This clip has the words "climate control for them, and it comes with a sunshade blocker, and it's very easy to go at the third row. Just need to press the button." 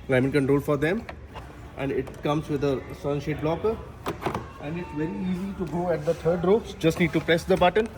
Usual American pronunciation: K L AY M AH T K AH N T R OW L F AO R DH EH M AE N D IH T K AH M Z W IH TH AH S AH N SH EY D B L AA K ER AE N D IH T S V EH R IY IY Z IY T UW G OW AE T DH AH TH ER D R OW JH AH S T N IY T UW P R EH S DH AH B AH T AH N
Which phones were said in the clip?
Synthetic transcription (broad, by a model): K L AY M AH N K AH N T R OW L F AO R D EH M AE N D IH T K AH M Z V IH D AH S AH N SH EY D B L AA K ER AE N D IH T S V EH R IY IY Z IY T UW G OW AE T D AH T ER D R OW JH AH S T L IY T UW P R EH S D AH B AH T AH N